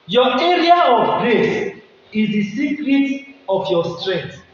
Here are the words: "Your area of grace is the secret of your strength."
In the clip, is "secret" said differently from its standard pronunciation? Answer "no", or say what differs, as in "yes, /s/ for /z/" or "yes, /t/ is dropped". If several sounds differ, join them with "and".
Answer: no